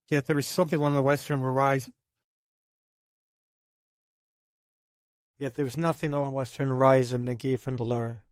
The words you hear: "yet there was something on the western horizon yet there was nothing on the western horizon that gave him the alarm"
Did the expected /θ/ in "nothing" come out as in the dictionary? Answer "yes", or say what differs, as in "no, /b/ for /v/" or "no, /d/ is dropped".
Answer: yes